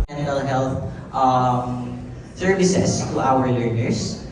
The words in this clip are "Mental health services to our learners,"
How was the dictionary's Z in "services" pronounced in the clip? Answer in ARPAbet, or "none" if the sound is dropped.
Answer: S